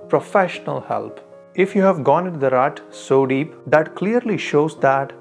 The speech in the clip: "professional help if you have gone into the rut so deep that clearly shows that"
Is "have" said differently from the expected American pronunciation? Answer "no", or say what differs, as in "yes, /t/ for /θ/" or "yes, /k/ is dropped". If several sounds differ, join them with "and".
no